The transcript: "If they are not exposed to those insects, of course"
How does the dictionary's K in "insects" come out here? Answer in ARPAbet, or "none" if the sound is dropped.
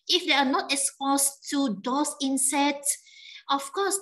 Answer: none